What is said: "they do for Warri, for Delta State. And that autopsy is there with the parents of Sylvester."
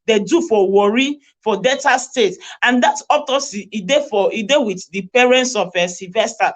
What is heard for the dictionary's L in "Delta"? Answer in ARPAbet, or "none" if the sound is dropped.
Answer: none